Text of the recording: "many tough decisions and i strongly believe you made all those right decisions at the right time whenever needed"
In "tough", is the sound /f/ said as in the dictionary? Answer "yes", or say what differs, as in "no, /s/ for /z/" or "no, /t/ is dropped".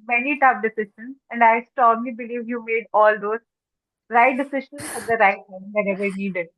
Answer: no, /p/ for /f/